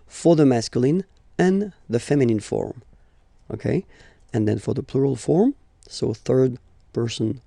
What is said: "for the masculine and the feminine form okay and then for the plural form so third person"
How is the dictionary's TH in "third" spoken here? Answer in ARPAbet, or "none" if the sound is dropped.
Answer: TH